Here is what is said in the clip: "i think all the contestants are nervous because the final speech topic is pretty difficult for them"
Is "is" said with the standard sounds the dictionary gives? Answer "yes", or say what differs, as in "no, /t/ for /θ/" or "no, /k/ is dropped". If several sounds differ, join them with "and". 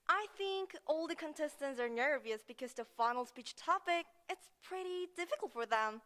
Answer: no, /s/ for /z/